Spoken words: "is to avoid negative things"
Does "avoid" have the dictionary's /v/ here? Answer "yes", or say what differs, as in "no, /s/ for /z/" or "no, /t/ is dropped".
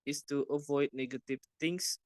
yes